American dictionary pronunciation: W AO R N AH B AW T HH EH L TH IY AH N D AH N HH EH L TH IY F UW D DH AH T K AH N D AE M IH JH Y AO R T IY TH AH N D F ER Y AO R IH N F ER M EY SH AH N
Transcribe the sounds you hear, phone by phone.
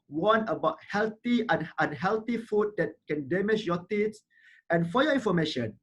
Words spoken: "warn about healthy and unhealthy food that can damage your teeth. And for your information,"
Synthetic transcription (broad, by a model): W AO N AH B AW T HH EH L T IY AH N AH N HH EH L T IY F UW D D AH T K AH N D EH M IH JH Y AO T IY S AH N F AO Y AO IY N F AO M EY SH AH N